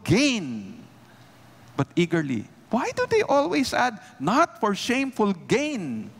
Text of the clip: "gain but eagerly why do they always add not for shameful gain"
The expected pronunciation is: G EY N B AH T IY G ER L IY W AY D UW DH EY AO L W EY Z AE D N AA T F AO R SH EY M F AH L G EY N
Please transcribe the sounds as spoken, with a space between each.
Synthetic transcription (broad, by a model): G EY N B AH T IY G ER L IY W AY D UW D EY AO L W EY S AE D N AA T F AO R SH EY M F AH L G EY N